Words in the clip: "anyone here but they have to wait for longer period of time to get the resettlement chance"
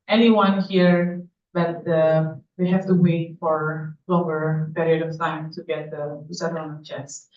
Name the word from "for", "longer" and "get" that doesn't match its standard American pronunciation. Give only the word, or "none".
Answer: longer